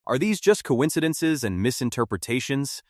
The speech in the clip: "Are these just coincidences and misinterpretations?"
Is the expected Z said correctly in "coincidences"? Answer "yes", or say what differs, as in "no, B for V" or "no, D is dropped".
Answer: yes